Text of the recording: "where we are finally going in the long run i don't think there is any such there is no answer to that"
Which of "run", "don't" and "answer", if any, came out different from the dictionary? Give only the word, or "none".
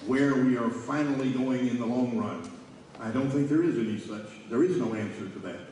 none